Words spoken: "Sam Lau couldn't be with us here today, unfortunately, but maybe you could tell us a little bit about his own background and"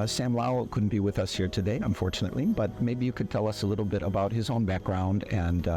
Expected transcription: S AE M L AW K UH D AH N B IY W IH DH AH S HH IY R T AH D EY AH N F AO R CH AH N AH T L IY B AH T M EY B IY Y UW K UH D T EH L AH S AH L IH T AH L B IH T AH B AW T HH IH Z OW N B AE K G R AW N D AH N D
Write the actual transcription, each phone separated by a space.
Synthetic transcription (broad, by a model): S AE M L AW K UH D N B IY W IH DH AH S HH IY R T AH D EY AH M F AO R CH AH N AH T L IY B AH T M EY B IY Y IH K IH D T EH L AH S AH L IH T L B IH T AH B AW T HH IH Z OW N B AE K G R AW N D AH N